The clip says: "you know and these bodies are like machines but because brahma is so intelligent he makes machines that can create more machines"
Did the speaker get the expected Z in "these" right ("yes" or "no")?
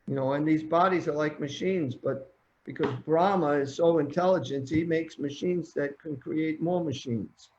yes